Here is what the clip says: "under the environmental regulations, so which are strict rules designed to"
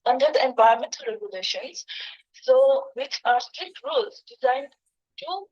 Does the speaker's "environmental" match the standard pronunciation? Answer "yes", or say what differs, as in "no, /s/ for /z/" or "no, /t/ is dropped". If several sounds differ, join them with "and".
no, /ɹ/ is dropped and /n/ is dropped